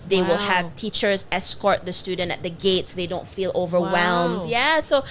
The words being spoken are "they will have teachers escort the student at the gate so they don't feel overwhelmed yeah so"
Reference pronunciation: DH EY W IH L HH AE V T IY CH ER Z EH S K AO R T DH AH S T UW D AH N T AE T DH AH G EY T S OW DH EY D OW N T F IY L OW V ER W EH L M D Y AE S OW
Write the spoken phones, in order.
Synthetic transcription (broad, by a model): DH EY W IH L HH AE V T IY CH ER Z EH S K AO R T DH AH S T UW D N T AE T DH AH G EY T S OW DH EY D OW N T F IY L OW V ER W EH L M D Y AE S OW